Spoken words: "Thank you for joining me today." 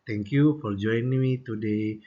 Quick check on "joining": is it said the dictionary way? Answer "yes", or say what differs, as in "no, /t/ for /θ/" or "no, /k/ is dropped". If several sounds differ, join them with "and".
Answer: no, /n/ is dropped